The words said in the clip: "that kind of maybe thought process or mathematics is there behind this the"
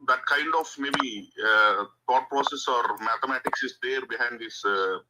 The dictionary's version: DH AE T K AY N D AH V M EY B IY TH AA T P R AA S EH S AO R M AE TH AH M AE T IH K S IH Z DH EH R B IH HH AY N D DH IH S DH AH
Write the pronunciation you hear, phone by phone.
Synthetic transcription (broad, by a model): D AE T K AY N D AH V M EY B IY T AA T P R AA S EH S AO R M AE T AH M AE T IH K S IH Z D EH R B IH HH AY N D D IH S